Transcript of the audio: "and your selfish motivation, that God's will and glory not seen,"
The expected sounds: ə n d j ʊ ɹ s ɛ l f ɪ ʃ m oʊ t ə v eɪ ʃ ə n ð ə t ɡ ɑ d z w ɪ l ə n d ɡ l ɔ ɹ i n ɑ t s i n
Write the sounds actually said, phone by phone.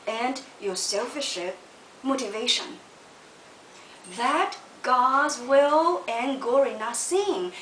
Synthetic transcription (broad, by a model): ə n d j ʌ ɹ s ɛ l f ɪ ʃ m oʊ t ə v eɪ ʃ ə n ð ə t ɡ ɑ d z w ɪ l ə n ɡ ɔ ɹ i n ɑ s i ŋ